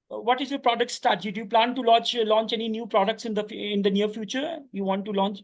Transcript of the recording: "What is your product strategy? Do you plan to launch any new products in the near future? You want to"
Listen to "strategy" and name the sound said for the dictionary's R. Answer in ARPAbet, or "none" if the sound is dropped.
none